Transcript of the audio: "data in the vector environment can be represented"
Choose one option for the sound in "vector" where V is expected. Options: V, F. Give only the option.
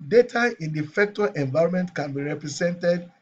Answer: F